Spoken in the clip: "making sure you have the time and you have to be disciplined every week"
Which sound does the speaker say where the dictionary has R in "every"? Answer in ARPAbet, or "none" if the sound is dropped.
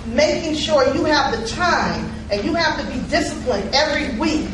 R